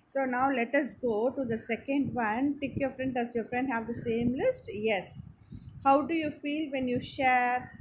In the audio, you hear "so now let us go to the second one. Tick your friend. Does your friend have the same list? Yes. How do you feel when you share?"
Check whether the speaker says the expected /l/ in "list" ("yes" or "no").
yes